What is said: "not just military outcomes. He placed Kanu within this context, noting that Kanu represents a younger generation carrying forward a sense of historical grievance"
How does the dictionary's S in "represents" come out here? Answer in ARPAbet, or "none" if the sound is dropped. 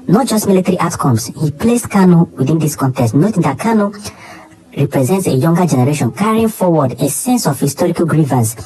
S